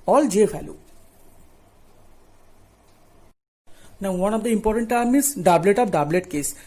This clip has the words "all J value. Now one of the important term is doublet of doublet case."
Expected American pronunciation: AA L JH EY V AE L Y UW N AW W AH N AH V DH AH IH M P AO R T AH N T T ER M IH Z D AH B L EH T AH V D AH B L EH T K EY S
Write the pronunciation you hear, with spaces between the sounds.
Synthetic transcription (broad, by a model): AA L JH EY F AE L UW N AW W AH N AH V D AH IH M P AO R T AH N T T M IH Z D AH B L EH T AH B D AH B L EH T K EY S